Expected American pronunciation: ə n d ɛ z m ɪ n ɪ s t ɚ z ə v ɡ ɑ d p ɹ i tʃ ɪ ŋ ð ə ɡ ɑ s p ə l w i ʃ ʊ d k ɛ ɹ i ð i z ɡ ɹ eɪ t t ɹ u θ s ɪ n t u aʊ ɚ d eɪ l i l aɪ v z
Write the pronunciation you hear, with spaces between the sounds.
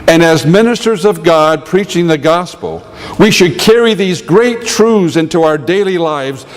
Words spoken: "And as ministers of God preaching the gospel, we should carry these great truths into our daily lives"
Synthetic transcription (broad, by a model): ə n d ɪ z m ɪ n ɪ s t ɚ z ə v ɡ ɑ d p ɹ i tʃ ɪ ŋ ð ə ɡ ɑ s p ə l w i ʃ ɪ d k ɛ ɹ i ð i z ɡ ɹ eɪ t t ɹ u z ɪ n t u aʊ ɚ d eɪ l i l aɪ v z